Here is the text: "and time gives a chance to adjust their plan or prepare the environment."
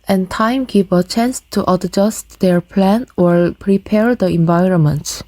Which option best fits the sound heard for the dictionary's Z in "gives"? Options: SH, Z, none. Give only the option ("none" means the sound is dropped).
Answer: none